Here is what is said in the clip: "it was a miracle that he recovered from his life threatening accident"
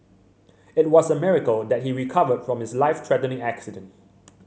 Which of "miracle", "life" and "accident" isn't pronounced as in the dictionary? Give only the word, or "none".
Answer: none